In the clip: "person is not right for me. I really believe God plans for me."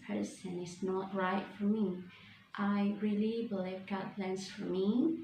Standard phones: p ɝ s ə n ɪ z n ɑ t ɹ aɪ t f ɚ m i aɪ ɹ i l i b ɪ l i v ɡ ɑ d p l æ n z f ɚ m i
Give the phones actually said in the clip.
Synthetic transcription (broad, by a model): p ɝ s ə n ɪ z n ɑ t ɹ aɪ t f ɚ m i aɪ ɹ i l i b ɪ l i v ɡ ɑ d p l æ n s f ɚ m i